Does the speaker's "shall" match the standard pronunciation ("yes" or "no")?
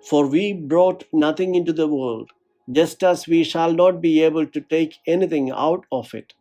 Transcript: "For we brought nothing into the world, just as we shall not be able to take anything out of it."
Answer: yes